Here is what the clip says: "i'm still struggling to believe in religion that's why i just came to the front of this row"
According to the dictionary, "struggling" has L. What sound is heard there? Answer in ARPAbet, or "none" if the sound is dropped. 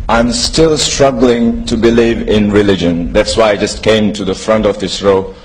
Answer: L